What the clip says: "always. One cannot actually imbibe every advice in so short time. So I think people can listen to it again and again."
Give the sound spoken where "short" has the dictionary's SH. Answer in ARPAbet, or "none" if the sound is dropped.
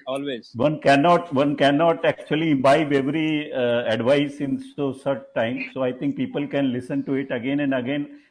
S